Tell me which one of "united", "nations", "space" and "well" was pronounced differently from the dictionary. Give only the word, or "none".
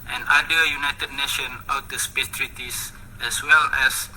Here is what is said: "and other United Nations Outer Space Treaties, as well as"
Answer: nations